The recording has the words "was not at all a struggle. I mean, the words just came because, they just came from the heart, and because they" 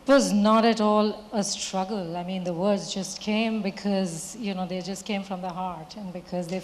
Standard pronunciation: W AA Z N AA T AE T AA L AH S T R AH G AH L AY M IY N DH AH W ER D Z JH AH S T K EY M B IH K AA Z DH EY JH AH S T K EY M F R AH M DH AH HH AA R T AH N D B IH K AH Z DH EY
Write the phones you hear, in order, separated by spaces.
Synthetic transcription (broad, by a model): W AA Z N AA T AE T AA L AH S T R AH G AH L AY M IY N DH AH W ER D Z JH AH S T K EY M B IH K AA Z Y EY JH AH S T K EY M F R AH M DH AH HH AA R T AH N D B IH K AH Z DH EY